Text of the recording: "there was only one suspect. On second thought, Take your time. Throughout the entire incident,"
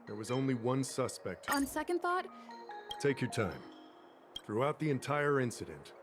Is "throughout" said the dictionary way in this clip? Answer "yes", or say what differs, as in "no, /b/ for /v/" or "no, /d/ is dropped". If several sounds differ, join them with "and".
yes